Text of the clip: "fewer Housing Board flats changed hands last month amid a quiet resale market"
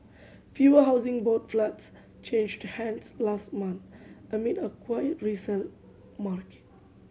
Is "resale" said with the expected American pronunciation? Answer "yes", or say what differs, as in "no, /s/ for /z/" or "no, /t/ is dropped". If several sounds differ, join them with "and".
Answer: no, /n/ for /l/